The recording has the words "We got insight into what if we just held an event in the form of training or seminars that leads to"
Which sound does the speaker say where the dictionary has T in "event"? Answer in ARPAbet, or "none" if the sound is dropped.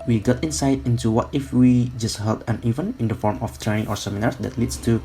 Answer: none